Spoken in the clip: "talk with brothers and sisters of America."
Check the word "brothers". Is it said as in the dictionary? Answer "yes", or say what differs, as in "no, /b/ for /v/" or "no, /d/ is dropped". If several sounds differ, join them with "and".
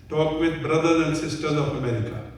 no, /z/ is dropped